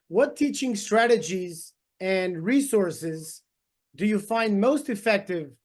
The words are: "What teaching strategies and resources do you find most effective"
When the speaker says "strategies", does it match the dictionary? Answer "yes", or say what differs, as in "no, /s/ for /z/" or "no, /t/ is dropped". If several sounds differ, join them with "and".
yes